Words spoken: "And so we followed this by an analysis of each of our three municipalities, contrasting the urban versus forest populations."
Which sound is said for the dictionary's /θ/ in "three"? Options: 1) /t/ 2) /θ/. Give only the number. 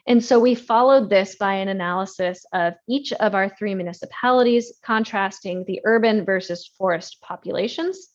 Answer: 2